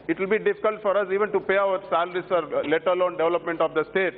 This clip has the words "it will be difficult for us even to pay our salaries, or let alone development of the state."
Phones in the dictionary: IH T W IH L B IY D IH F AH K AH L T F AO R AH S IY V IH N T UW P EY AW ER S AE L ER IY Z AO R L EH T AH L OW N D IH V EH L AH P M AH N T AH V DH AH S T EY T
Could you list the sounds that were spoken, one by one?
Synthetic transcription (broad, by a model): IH T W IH L B IY D IH F AH K AH L T F AO R AH S IY V IH N T UW P EY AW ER S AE L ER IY S AO R L EH T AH L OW N D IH V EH L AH P M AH N T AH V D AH S T EY T